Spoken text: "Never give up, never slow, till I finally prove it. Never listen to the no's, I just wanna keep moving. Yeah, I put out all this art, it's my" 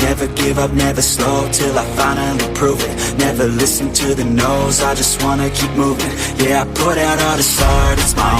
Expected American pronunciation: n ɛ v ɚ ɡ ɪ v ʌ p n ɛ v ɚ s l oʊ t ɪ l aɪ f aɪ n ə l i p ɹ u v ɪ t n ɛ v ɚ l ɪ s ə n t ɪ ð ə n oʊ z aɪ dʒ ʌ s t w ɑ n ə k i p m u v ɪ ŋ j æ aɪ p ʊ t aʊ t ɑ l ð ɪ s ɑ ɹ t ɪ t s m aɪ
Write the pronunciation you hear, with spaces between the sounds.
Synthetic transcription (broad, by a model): n ɛ v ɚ ɡ ɪ v ʌ p n ɛ v ɚ s l oʊ t ɪ l aɪ f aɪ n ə i p ɹ u v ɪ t n ɛ v ɚ l ɪ s n t ɪ ð ə n oʊ z aɪ dʒ ʌ s t w ɑ n ə k i p m u v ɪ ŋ j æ aɪ p ʊ t aʊ t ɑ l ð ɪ s ɑ ɹ t ɪ t s m aɪ